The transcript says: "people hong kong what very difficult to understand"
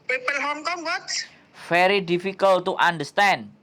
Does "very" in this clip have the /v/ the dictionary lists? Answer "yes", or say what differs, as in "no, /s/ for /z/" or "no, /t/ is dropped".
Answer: no, /f/ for /v/